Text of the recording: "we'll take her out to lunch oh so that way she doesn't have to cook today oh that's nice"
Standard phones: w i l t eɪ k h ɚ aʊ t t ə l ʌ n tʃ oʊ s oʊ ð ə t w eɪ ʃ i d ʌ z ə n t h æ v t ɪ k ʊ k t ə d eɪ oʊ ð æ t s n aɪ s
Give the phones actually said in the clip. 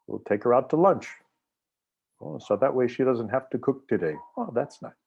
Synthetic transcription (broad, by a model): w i l t eɪ k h ɚ aʊ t t ə l ʌ n tʃ oʊ s oʊ ð ə t w eɪ ʃ i d ʌ z ə n t h æ f t ɪ k ʊ k t ə d eɪ oʊ ð æ t s n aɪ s